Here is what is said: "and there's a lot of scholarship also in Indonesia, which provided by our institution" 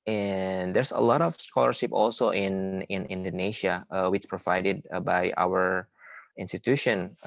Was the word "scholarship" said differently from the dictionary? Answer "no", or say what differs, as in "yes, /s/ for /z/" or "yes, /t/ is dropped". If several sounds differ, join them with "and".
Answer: no